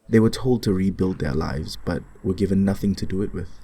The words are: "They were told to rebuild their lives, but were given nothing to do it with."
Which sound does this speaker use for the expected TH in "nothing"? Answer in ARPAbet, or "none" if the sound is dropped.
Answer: TH